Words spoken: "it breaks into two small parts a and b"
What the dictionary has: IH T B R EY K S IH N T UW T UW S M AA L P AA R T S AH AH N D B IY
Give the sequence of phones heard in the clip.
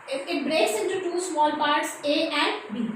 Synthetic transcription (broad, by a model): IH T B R EY S IH N T UW T UW S M AA L P AA R T S AH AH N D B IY